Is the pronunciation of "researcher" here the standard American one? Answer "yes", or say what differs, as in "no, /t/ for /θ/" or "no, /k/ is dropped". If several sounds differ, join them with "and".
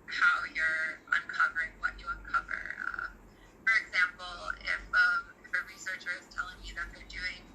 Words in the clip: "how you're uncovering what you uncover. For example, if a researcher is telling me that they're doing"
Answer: yes